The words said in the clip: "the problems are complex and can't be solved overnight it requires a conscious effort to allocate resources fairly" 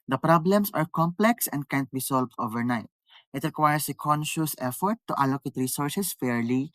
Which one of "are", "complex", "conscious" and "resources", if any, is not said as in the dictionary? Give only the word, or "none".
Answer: resources